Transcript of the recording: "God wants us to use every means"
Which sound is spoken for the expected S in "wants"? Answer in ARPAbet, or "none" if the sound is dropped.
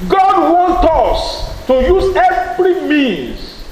none